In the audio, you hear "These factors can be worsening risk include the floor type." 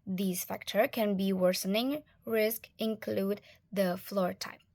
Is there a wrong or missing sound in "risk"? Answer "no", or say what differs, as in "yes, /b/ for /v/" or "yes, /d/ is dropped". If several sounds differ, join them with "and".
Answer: no